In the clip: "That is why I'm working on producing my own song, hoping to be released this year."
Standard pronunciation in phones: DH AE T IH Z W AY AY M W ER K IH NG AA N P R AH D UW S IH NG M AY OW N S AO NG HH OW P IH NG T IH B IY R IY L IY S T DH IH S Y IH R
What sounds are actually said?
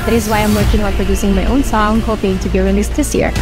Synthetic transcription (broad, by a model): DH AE T IH Z W AY AY M W ER K IH NG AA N P R AH D UW S IH NG M AY OW N S AO NG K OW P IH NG T IH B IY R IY N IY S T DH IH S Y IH R